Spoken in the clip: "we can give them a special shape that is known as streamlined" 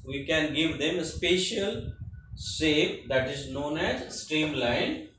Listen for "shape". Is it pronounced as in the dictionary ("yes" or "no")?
no